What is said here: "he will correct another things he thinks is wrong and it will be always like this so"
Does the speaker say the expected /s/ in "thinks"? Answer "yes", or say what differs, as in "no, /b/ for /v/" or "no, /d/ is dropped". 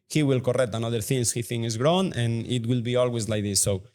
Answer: no, /s/ is dropped